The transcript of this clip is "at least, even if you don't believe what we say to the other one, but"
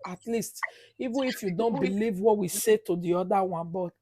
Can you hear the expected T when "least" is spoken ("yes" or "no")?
yes